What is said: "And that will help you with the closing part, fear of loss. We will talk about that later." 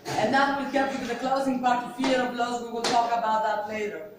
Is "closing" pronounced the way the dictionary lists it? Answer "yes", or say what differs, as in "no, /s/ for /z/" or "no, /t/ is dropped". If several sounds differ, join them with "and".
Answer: yes